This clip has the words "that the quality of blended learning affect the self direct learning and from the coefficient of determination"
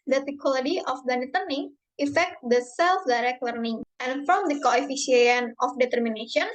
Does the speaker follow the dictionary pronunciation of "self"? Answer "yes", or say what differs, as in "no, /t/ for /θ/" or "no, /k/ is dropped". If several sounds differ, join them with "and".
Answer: yes